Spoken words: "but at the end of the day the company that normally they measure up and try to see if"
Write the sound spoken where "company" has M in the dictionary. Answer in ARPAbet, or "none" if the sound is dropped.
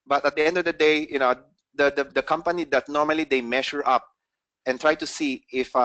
M